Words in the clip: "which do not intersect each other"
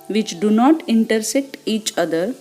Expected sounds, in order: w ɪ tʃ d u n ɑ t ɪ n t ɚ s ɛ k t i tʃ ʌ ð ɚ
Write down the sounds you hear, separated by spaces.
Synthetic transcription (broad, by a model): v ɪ tʃ d u n ɑ t ɪ n t ɚ s ɛ k t i tʃ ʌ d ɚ